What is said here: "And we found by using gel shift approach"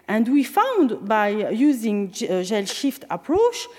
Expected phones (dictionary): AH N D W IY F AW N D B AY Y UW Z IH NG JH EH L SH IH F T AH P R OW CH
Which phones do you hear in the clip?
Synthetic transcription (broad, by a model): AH N D W IY F AW N D B AY Y UW Z IH NG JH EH L SH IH F T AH P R OW CH